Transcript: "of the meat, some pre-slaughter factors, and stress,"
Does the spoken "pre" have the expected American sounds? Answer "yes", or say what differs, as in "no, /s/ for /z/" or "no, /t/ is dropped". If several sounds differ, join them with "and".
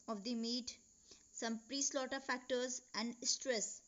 yes